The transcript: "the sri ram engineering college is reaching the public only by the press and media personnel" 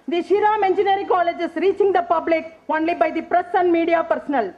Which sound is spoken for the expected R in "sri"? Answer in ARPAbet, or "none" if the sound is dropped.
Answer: none